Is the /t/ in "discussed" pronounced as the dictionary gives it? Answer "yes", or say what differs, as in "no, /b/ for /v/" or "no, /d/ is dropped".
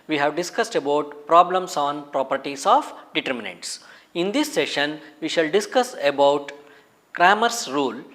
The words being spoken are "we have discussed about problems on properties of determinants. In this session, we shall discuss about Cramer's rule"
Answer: yes